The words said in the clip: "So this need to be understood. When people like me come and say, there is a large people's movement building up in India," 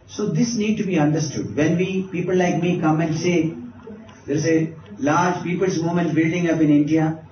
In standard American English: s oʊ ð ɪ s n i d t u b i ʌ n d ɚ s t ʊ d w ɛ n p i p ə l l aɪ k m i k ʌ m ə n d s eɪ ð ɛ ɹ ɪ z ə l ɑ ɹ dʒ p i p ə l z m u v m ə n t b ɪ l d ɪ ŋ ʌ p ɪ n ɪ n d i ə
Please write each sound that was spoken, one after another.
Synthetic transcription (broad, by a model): s oʊ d ɪ s n i d t u b i ʌ n d ɚ s t ʊ d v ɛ n p i p ə l l aɪ k m i k ʌ m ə n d s eɪ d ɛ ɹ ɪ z ə l ɑ ɹ dʒ p i p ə l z m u m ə n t b ɪ l d ɪ ŋ ʌ p ɪ n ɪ n d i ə